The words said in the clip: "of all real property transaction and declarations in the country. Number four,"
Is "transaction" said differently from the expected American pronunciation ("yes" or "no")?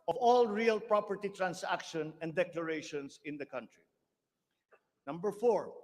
yes